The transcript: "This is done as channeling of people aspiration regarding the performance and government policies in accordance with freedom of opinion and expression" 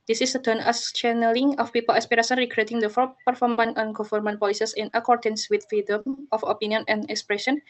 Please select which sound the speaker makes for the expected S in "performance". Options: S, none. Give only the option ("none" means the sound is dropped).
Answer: none